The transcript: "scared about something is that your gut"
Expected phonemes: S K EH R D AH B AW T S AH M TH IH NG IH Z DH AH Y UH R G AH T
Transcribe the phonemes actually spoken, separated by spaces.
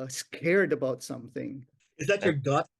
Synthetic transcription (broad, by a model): S K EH R D AH B AW T S AH M TH IH NG IH Z DH AH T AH R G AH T